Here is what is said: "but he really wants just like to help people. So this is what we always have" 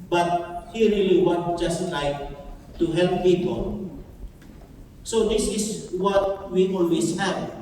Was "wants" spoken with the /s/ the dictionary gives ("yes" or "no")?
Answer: no